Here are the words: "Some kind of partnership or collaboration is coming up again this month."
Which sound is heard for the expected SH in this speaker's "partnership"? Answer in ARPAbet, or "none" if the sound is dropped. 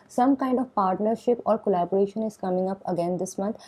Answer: SH